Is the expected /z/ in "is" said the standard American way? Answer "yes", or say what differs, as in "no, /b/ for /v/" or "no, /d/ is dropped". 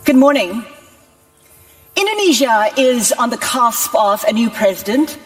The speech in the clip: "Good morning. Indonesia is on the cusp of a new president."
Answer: yes